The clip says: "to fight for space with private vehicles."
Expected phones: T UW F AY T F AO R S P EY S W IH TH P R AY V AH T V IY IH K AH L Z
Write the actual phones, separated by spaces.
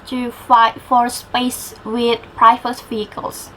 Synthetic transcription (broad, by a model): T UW F AY T F AO R S P EY S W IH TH P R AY F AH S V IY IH K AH L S